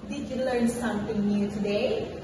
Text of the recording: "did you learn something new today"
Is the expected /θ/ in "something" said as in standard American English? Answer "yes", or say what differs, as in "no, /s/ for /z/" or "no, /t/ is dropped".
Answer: no, /t/ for /θ/